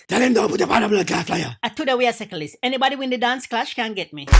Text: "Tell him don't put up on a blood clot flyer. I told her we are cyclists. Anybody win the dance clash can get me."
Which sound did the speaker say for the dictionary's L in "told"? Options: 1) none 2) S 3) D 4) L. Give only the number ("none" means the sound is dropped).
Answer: 1